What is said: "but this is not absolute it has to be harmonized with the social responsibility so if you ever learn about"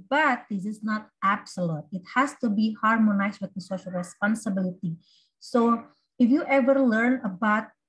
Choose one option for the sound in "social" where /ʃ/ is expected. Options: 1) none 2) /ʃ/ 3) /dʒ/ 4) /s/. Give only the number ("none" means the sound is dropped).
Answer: 2